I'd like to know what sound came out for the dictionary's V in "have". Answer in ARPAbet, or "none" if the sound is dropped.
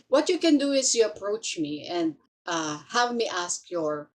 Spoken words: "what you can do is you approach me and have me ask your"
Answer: V